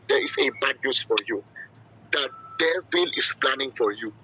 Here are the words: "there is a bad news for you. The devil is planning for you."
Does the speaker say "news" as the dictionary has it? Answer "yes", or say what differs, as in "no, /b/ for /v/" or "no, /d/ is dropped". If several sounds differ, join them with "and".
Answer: no, /s/ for /z/